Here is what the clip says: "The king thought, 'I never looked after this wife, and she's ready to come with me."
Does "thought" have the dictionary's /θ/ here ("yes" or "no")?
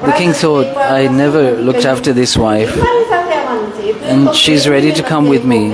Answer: yes